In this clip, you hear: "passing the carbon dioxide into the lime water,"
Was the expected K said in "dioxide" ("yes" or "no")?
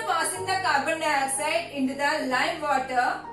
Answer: no